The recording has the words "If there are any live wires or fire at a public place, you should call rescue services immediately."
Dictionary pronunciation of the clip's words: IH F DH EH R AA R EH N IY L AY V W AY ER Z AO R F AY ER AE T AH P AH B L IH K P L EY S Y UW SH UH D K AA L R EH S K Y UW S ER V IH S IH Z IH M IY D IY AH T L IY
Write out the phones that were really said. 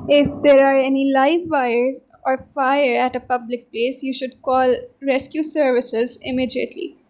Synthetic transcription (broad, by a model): IH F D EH R AA R EH N IY L AY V AY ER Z AO R F AY ER AE T AH P AH B L IH K P L EY S Y UW SH UH D K AA L R EH S K Y UW S ER V IH S IH Z IH M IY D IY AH T L IY